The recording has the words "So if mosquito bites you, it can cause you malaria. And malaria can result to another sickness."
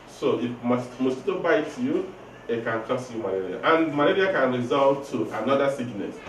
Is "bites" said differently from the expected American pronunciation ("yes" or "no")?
yes